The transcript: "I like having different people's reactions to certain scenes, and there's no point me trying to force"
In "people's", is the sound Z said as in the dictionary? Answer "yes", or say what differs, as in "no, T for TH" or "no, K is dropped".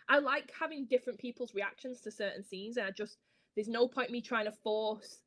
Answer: yes